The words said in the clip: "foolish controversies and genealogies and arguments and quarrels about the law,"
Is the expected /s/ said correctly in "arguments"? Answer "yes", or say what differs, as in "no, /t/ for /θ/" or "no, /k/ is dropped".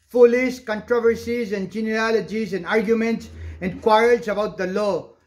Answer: yes